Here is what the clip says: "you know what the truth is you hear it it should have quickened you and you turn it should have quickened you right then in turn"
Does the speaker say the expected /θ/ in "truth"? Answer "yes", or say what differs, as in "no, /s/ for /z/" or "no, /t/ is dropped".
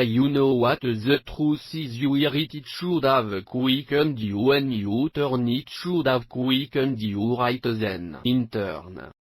no, /s/ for /θ/